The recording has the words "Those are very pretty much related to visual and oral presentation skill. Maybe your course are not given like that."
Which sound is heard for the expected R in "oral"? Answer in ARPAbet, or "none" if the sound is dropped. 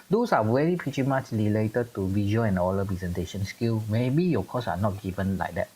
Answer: L